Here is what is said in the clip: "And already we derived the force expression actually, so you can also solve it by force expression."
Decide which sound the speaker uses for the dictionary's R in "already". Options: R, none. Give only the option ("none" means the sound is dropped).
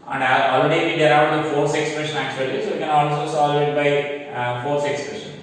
none